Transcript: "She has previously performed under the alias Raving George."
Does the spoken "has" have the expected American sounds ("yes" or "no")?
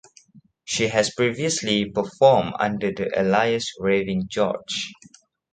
no